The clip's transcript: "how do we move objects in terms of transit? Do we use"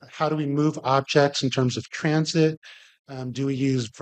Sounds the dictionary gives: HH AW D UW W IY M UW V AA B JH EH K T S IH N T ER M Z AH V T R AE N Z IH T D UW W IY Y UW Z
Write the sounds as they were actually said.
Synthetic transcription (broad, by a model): HH AW D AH W IY M UW V AA B JH EH K T S N T ER M Z AH V T R AE N Z IH T D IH W IY Y UW Z